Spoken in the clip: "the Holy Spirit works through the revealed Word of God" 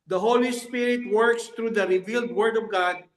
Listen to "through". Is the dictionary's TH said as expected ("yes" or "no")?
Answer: no